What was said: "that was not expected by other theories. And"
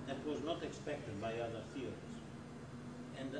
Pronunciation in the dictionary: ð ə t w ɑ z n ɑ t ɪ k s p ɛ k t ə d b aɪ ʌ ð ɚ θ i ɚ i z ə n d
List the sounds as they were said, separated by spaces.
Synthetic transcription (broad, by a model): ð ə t w ɑ z n ɑ t ɪ k s p ɛ k t ə d b aɪ ʌ ð ɚ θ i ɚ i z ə n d